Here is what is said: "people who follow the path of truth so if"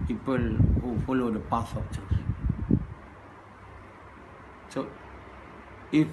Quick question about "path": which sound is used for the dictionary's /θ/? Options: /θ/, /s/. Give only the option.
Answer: /s/